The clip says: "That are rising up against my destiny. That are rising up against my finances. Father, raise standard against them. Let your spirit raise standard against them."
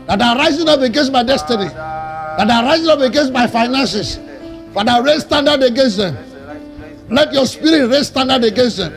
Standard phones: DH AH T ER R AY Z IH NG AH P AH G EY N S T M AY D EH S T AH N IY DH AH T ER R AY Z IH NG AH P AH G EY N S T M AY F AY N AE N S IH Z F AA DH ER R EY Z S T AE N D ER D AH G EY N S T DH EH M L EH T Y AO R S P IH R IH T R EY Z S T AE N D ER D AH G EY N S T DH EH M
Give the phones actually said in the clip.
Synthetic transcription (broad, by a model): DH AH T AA R AY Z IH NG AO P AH G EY N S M AY D EH S T AH N IY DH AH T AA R AY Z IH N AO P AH G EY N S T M AY F AY N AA N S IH S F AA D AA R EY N S T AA N D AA D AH G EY N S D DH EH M L EH T Y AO S P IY R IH T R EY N S T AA N D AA D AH G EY N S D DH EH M